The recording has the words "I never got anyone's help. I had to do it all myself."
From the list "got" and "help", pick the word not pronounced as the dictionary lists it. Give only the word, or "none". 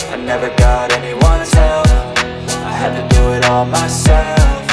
help